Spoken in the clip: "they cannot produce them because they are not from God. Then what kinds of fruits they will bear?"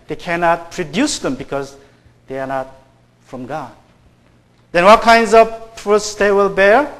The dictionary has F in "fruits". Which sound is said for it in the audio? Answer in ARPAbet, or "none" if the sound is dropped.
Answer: P